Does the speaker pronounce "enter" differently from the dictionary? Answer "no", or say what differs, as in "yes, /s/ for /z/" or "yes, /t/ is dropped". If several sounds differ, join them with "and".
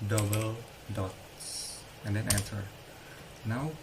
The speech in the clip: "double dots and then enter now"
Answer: yes, /s/ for /t/